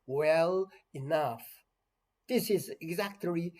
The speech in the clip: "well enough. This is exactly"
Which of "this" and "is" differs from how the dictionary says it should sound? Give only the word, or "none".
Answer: none